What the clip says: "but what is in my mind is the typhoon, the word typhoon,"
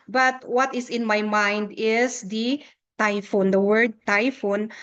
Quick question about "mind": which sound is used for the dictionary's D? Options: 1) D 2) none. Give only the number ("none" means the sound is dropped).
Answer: 1